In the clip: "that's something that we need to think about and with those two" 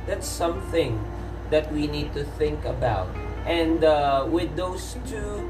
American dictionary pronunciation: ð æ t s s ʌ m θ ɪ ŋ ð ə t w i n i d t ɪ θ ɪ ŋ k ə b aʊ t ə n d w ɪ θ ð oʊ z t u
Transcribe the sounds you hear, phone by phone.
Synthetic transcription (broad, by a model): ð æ t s s ʌ m θ ɪ ŋ ð ə t w i n i d t ɪ θ ɪ ŋ k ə b aʊ t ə n d w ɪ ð oʊ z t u